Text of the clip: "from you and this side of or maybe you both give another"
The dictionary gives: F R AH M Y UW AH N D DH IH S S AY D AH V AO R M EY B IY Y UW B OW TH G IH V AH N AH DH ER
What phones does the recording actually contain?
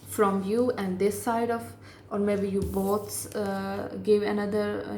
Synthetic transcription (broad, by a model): F R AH M Y UW AH N D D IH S S AY D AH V AO R M EY B IY Y UW B OW S G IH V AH N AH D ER